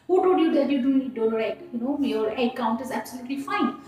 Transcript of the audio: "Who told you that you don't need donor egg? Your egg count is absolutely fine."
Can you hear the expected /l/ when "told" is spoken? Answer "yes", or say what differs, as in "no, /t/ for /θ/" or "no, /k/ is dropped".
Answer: no, /l/ is dropped